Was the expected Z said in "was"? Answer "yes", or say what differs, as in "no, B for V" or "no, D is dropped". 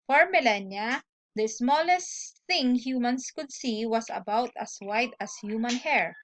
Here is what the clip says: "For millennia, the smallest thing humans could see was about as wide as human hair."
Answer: no, S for Z